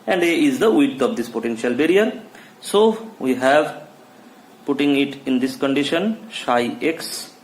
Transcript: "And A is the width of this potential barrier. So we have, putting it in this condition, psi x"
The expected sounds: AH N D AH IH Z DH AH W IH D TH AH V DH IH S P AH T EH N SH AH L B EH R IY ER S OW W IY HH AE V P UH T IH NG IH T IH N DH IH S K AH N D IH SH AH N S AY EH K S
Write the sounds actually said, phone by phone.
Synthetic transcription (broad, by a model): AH N D AH IH Z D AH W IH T AH V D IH S P AH T EH N SH AH L B EH R IY ER S OW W IY HH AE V P UH T IH NG IH T IH N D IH S K AH N D IH SH AH N SH AY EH K S